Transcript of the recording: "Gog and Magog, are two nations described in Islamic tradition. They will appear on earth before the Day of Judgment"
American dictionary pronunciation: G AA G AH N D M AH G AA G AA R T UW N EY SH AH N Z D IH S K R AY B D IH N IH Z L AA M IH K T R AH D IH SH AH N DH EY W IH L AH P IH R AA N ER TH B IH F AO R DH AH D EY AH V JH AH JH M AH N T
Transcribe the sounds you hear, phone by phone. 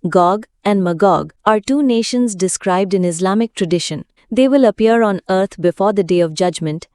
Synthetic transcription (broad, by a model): G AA G AH N D M AH G AA G AA R T UW N EY SH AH N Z D IH S K R AY B D IH N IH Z L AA M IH K T R AH D IH SH AH N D EY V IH L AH P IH R AA N ER T B IH F AO R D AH D EY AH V JH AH JH M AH N T